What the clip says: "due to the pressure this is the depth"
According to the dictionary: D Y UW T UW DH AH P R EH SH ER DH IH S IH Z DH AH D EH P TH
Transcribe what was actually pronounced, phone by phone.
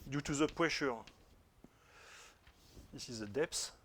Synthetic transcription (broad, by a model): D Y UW T UW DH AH P W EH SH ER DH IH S IH Z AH D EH P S